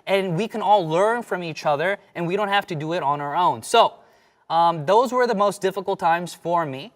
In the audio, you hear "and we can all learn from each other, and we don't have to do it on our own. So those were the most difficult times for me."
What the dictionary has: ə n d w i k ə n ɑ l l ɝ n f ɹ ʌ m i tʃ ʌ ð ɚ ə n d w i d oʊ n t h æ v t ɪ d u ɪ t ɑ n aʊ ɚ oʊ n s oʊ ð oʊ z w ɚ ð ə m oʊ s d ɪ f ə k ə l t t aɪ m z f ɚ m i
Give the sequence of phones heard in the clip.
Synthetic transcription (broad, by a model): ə n w i k ə n ɑ l l ɝ n f ɹ ʌ m i tʃ ʌ ð ɚ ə n w i d oʊ n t h æ f t ɪ d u ɪ t n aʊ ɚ oʊ n s oʊ ð oʊ z w ɚ ð ə m oʊ s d ɪ f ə k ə l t t aɪ m z f ɚ m i